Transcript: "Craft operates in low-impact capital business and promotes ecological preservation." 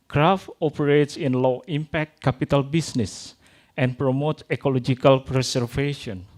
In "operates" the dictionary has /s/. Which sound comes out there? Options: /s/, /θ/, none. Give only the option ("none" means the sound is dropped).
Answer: /s/